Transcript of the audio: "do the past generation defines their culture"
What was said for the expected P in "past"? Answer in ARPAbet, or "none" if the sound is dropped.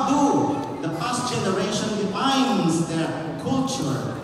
F